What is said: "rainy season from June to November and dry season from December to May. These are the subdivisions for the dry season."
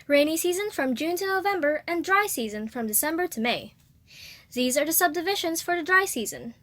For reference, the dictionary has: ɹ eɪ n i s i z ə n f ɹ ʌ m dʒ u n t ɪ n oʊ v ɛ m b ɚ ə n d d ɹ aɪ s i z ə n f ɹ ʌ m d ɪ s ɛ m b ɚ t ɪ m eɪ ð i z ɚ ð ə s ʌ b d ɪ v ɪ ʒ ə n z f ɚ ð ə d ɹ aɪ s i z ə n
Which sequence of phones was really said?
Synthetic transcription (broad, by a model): ɹ eɪ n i s i z ə n f ɹ ʌ m dʒ u n t ɪ n oʊ v ɛ m b ɚ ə n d d ɹ aɪ s i z ə n f ɹ ʌ m d ɪ s ɛ m b ɚ t ɪ m eɪ ð i z ɚ ð ə s ʌ b d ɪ v ɪ ʃ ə n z f ɚ ð ə d ɹ aɪ s i z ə n